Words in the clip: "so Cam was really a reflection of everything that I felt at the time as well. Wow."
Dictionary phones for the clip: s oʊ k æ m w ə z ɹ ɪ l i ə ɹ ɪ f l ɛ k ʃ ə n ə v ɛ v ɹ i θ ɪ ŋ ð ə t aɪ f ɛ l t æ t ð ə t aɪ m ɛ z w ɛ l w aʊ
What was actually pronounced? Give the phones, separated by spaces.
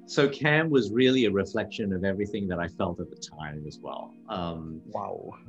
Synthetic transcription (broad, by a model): s oʊ k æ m w ə z ɹ ɪ l i ə ɹ ɪ f l ɛ k ʃ ə n ə v ɛ v ɹ i θ ɪ ŋ ð ə t aɪ f ɛ l t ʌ t ð ə t aɪ m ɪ z w ɛ l w aʊ